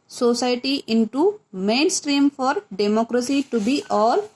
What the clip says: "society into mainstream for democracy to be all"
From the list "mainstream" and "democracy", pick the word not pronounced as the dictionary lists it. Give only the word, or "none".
none